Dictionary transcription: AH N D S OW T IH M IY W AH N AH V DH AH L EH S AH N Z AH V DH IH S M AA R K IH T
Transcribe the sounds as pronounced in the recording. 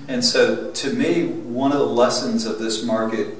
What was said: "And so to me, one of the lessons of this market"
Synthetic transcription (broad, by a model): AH N S OW T IH M IY W AH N AH V DH AH L EH S AH N Z AH V DH IH S M AA R K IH T